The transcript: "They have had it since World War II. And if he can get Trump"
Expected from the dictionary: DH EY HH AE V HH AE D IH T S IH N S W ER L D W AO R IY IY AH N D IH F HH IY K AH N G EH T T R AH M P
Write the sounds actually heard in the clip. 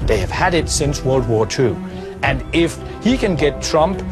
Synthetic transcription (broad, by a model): DH EY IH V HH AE D IH T S IH N S W ER L D W AO R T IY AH N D IH F HH IY K AH N G EH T T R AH M P